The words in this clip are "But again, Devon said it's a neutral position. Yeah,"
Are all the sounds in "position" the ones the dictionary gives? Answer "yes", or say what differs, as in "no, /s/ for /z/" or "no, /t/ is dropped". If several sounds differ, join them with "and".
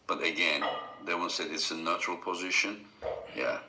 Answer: yes